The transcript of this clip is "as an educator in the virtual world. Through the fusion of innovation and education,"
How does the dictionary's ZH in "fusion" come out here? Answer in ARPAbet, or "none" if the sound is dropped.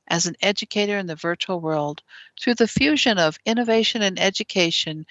ZH